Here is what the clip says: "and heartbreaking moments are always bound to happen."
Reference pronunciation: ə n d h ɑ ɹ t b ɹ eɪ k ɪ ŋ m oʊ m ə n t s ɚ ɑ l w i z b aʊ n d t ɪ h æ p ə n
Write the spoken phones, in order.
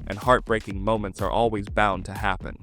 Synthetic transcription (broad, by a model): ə n h ɑ ɹ t b ɹ eɪ k ɪ ŋ m oʊ m ə n t s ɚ ɑ l w i z b aʊ n t ɪ h æ p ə n